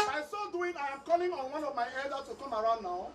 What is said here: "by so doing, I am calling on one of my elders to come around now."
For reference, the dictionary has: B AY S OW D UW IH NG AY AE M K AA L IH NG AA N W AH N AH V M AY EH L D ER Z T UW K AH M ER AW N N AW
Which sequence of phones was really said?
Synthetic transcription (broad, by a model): AY S OW D UW IH NG AY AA M K AA L IH NG AA N W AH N AH V M AY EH L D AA T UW K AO M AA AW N N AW